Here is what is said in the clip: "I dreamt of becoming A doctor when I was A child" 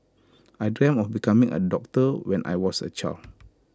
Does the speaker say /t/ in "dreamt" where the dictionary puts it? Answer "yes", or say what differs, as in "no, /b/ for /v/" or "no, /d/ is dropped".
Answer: no, /t/ is dropped